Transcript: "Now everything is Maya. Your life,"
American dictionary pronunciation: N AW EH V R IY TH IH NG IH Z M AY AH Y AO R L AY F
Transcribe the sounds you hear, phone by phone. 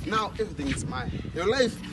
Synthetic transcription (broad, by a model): N AW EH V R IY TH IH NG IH S M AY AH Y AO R L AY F